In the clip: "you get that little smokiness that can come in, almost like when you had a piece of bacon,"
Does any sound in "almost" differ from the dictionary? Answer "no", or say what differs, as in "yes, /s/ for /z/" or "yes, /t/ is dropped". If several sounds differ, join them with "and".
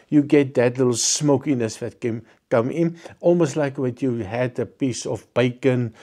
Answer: no